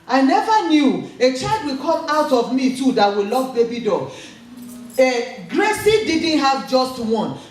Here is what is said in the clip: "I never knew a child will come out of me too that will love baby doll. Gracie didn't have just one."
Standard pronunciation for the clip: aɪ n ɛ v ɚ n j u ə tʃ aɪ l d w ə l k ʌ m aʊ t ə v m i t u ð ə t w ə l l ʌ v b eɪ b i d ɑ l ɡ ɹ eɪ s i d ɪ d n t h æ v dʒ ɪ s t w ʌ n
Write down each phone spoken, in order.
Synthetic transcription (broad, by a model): aɪ n ɛ v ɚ n j u ə tʃ aɪ l d w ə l k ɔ m aʊ t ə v m i t u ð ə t w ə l l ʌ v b eɪ b i d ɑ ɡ ɡ ɹ eɪ s i d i d n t h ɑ v dʒ ɪ s t w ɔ n